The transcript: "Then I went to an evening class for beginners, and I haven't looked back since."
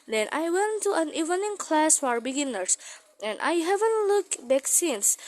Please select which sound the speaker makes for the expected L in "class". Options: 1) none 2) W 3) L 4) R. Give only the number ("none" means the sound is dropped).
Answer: 3